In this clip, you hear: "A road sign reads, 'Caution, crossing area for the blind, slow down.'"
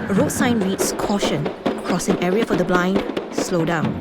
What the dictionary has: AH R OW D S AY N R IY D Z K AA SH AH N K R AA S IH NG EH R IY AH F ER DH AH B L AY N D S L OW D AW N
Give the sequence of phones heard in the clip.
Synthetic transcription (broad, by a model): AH R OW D S AY N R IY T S K AA SH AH N K R AA S IH NG EH R IY AH F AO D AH B L AY N D S L OW D AW N